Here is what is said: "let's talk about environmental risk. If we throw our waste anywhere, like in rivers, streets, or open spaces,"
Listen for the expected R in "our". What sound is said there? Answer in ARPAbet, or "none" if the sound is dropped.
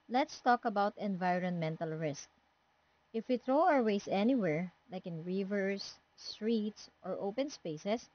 R